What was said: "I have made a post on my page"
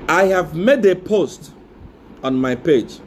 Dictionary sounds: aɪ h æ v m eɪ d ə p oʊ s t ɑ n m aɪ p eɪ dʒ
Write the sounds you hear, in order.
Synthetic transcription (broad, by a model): aɪ h æ v m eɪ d ə p oʊ s t ɑ n m aɪ p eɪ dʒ